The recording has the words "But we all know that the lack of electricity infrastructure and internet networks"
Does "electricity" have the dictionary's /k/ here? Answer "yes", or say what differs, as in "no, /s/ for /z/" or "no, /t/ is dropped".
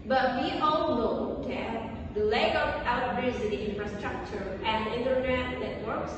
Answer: no, /k/ is dropped